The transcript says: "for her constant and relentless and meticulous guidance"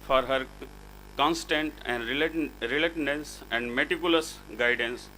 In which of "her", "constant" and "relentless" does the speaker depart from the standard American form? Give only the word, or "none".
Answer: relentless